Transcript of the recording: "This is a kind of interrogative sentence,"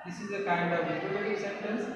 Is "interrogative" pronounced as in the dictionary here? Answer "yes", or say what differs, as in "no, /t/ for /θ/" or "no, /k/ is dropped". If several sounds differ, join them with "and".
no, /n/ is dropped